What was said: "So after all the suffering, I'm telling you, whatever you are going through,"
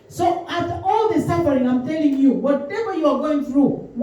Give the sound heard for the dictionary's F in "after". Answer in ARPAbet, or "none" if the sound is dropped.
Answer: none